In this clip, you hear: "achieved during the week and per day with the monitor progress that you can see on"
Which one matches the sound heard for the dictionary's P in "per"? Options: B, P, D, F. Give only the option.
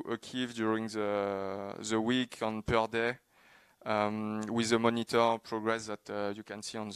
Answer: P